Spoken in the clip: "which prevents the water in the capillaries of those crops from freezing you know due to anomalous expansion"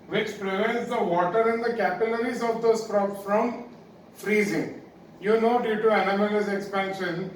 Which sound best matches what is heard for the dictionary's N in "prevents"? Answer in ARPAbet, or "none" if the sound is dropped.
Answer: N